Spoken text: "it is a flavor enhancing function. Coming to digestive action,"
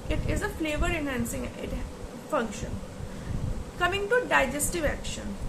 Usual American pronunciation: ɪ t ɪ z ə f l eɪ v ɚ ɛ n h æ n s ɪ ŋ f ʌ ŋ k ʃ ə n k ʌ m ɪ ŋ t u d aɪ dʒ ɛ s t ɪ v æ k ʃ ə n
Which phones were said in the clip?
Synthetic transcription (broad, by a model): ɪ t ɪ z ə f l eɪ v ɚ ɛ n h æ n s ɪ ŋ f ʌ ŋ k ʃ ə n k ʌ m ɪ ŋ t u d aɪ dʒ ɛ s t ɪ v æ k ʃ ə n